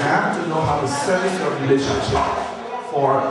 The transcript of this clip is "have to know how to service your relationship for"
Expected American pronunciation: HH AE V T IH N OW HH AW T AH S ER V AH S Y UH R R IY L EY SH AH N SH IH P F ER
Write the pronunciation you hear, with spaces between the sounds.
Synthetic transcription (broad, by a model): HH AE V T IH N OW HH AW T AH S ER AH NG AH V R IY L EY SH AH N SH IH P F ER